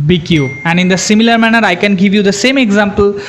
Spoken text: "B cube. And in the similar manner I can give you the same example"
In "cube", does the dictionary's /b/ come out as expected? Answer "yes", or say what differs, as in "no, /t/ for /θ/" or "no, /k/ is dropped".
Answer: no, /b/ is dropped